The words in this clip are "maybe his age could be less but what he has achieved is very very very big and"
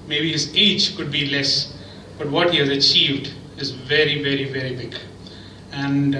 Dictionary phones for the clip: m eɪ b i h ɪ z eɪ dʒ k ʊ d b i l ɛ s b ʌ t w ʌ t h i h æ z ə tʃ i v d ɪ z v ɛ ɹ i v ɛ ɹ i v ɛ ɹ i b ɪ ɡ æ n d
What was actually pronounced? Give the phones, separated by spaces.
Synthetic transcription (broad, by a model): m eɪ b i h ɪ z eɪ dʒ k ʊ d b i l ɛ s b ʌ t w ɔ t h i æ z ə tʃ i v d ɪ z v ɛ ɹ i v ɛ ɹ i v ɛ ɹ i b ɪ ɡ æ n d